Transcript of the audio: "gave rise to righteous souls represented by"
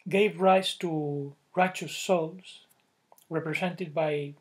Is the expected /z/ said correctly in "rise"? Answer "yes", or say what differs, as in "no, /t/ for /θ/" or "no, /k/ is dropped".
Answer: no, /s/ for /z/